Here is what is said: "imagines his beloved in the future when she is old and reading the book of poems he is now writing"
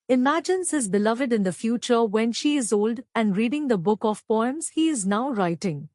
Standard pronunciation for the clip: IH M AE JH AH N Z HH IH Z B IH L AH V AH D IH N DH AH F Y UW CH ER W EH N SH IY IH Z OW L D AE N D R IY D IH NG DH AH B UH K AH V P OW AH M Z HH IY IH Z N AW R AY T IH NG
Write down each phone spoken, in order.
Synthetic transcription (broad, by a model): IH M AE JH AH N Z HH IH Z B IH L AH V AH D IH N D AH F Y UW CH ER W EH N SH IY IH Z OW L D AE N D R IY D IH NG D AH B UH K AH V P OW AH M Z HH IY IH Z N AW R AY T IH NG